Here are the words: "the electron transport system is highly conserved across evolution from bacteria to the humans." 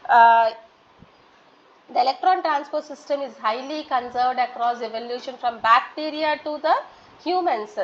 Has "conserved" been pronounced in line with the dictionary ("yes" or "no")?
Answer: yes